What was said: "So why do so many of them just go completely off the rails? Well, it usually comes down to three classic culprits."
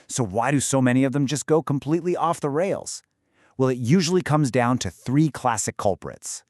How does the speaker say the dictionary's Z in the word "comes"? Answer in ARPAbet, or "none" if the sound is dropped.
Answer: Z